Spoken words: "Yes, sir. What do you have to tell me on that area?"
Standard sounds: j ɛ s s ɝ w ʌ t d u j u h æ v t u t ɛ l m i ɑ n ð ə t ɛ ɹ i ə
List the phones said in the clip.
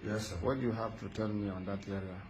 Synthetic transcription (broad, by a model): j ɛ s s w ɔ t d u j u h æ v t u t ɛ n m i ɑ n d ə t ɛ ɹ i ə